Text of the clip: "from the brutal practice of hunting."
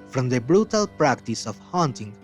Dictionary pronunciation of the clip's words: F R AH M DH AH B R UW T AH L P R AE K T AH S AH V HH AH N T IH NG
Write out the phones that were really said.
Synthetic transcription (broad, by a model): F R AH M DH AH B R UW T AH L P R AE K T AH S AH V HH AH N T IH NG